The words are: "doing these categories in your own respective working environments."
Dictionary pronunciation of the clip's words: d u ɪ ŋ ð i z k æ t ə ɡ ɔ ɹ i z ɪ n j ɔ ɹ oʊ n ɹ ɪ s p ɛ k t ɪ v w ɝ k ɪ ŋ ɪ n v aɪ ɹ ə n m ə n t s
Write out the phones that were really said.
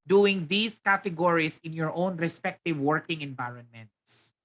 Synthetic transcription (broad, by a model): d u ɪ ŋ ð i s k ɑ t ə ɡ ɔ ɹ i s ɪ n j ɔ ɹ oʊ n ɹ ɪ s p ɛ k t ɪ v w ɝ k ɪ ŋ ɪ n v aɪ ɹ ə n m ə n t s